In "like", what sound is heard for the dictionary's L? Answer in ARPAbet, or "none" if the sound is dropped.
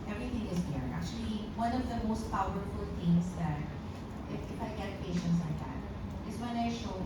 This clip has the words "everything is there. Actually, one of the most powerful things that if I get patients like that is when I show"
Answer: L